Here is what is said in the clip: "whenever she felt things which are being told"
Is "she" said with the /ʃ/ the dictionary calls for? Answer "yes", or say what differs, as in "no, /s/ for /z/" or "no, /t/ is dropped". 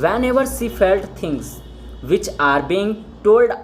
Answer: no, /s/ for /ʃ/